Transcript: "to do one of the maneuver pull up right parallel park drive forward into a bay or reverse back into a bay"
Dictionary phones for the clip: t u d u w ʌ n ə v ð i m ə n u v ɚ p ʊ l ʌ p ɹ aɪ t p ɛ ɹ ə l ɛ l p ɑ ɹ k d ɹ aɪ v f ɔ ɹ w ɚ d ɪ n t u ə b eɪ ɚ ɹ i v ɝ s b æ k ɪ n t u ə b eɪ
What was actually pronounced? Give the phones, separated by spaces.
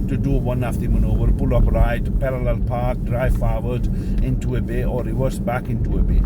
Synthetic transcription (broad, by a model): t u d u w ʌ n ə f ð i m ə n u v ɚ b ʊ l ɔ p ɹ aɪ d p ɛ ɹ ə l ɛ l p ɑ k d ɹ aɪ f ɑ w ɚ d ɪ n t u ə b eɪ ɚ ɹ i w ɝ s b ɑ k ɪ n t u ə b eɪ